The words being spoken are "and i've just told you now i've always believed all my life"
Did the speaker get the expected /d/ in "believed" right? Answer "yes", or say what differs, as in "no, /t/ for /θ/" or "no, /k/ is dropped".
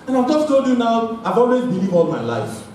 no, /d/ is dropped